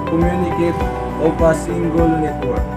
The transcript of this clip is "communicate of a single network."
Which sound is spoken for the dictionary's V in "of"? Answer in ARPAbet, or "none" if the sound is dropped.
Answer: P